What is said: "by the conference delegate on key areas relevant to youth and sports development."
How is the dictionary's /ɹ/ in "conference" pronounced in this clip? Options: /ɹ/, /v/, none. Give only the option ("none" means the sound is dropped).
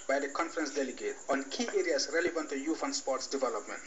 /ɹ/